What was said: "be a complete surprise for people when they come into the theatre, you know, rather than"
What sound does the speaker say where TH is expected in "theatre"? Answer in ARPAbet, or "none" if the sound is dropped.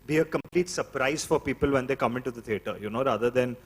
T